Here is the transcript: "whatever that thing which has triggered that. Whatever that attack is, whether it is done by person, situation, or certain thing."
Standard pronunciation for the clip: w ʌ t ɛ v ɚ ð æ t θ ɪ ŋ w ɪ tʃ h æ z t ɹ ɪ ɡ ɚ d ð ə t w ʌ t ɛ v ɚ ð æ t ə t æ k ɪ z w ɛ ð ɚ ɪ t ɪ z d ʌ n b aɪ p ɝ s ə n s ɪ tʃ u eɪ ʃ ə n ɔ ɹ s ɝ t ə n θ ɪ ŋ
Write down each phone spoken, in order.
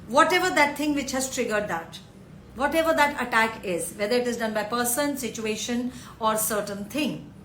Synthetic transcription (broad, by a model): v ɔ t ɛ v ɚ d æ t t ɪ ŋ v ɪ tʃ h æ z t ɹ ɪ ɡ ɚ d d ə t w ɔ t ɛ v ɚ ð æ t ə t æ k ɪ z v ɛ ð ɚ ɪ t ɪ z d ʌ n b aɪ p ɝ s ə n s ɪ tʃ u eɪ ʃ ə n ɔ ɹ s ɝ t ə n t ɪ ŋ